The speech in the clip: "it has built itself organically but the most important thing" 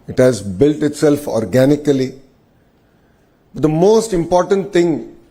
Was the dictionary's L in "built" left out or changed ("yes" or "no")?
no